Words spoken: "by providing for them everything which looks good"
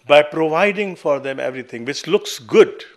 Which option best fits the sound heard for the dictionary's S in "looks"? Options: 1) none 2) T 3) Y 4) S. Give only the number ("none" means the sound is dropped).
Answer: 4